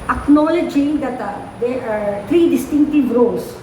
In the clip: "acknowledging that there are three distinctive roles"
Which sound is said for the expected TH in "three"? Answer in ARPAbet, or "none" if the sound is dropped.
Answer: T